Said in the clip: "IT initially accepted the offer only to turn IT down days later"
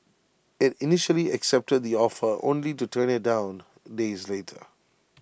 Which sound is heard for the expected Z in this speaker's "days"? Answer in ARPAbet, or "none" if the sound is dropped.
Z